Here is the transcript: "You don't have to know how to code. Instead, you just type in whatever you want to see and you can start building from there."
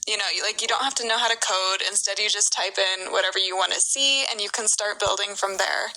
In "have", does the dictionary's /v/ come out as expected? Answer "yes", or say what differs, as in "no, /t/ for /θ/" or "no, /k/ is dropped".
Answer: no, /f/ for /v/